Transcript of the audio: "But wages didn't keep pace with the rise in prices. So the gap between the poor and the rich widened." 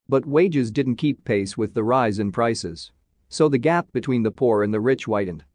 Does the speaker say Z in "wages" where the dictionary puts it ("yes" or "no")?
yes